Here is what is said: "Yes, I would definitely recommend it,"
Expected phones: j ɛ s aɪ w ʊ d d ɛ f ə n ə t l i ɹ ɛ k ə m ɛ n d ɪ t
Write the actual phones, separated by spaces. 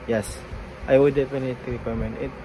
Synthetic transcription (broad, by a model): j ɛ s aɪ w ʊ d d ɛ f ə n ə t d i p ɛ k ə m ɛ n ɪ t